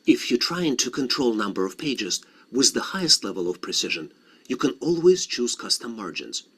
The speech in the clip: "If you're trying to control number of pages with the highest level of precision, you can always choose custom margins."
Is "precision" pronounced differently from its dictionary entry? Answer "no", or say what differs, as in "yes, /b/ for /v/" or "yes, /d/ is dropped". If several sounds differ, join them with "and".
no